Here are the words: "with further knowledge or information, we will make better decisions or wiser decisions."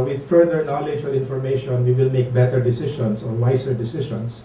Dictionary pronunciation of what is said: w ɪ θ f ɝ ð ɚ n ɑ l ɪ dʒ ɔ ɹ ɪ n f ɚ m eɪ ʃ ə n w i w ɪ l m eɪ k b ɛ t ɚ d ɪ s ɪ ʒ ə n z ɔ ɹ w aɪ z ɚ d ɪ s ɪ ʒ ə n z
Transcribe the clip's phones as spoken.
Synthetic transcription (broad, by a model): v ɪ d f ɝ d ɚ n ɑ l ɪ dʒ ɔ ɹ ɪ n f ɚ m eɪ ʃ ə n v i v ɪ l m eɪ k b ɛ t ɚ d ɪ s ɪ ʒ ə n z ɔ ɹ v aɪ s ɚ d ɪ s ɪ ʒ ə n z